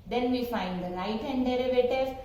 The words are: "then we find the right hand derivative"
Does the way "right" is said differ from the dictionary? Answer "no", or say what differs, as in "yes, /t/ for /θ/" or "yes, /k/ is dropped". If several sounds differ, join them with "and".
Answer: yes, /l/ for /ɹ/